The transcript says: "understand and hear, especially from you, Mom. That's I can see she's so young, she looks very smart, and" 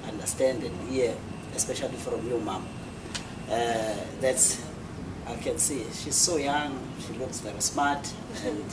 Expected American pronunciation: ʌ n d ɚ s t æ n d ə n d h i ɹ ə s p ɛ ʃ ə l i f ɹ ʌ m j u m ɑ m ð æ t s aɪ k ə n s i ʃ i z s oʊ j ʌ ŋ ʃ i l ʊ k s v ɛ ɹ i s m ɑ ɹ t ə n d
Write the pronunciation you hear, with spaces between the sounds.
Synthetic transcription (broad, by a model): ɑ n d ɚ s t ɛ n d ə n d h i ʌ ə s p ɛ ʃ ə l i f ɹ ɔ m j u m ɑ m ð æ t s aɪ k ə n s i ʃ i z s oʊ j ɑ ŋ ʃ i l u k s v ɛ ɹ i s m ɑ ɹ t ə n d